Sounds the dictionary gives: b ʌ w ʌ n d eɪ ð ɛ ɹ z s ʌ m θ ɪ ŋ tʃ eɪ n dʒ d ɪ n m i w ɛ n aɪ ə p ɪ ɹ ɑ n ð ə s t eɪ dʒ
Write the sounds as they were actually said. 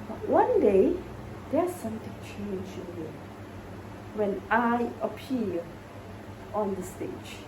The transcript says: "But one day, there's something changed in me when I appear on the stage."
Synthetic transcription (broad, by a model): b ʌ w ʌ n d eɪ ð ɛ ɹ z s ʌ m t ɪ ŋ tʃ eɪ n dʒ ɪ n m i w ɛ n aɪ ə p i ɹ ɑ n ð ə s t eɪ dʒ